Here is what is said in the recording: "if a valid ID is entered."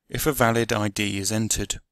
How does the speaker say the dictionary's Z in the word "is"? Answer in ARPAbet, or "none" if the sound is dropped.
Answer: Z